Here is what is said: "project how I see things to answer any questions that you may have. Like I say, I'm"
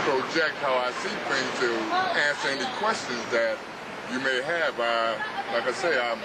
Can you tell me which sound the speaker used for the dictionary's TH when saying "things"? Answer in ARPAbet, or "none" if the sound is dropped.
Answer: F